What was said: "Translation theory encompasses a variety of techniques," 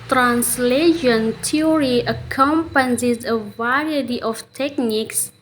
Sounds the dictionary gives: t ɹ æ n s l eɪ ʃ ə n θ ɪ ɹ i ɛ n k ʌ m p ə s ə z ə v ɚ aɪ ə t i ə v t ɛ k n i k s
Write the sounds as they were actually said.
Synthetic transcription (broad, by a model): t ɹ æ n s l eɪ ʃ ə n t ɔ ɹ i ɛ k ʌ m p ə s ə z ə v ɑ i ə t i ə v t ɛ k n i k s